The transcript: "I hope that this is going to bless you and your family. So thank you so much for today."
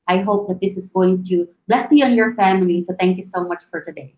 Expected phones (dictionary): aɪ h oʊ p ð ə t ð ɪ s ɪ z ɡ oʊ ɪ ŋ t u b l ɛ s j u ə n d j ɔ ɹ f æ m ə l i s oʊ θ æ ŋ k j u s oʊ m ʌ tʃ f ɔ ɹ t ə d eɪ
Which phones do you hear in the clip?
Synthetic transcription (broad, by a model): aɪ h oʊ p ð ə t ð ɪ s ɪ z ɡ oʊ ɪ ŋ t u b l ɛ s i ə n j ɔ ɹ f æ m ə l i s oʊ t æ ŋ k j u s oʊ m ʌ tʃ f ɔ ɹ t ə d eɪ